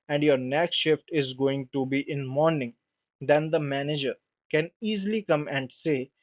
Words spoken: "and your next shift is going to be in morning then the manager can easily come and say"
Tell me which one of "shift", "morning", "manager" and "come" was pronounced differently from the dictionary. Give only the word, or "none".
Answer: none